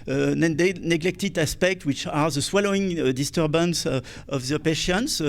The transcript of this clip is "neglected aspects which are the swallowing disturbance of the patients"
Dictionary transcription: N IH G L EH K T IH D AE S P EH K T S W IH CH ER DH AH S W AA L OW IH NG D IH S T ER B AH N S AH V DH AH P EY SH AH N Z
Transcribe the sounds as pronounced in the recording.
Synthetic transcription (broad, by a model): N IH G L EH K T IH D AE S P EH K T W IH CH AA DH AH S W AA L OW IH NG D IH S T ER B AH N S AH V DH AH P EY SH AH N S